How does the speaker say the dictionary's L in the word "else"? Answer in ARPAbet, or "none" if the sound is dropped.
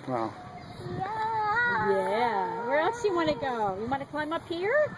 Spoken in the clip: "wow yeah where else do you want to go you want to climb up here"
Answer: L